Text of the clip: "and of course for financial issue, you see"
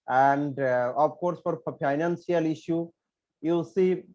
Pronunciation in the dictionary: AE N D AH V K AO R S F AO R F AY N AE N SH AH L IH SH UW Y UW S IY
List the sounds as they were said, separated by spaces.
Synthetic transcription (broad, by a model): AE N D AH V K AO R S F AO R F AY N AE N S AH L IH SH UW Y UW S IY